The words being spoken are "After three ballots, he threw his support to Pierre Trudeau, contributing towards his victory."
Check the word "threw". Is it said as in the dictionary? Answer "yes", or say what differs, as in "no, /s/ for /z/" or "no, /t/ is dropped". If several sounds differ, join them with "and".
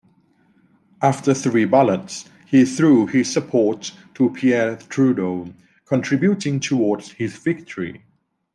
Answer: yes